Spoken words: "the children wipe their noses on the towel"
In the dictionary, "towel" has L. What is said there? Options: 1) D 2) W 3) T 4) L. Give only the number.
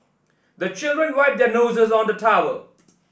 2